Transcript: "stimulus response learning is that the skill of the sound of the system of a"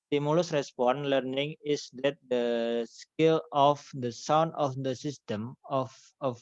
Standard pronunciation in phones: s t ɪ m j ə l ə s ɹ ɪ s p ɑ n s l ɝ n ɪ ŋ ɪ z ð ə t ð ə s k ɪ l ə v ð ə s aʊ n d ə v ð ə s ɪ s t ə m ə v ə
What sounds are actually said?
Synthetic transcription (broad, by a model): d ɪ m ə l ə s ɹ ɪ s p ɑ n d l ɝ n ɪ ŋ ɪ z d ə t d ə s k ɪ l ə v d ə s aʊ n d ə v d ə s ɪ s t ə m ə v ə